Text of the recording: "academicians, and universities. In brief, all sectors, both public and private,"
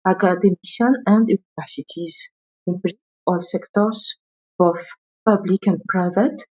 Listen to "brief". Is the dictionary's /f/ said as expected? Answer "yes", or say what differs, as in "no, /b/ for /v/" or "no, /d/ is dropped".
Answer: no, /f/ is dropped